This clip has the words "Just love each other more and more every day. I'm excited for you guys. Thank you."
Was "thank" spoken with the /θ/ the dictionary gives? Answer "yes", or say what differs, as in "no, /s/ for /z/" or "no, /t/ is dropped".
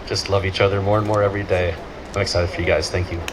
yes